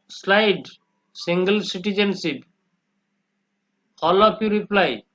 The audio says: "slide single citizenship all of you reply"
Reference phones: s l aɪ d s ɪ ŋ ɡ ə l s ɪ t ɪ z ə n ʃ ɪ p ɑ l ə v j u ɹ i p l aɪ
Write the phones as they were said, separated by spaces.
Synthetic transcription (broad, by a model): s l aɪ d s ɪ ŋ ɡ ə l s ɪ t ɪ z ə n s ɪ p ɑ l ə p j u ɹ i p l aɪ